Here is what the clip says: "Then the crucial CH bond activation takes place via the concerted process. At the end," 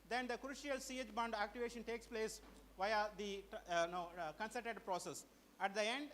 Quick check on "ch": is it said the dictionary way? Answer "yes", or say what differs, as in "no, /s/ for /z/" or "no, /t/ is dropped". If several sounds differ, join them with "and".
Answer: no, /s/ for /tʃ/